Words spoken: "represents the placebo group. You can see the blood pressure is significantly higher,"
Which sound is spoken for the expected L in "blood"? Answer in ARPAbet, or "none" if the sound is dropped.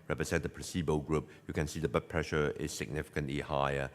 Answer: none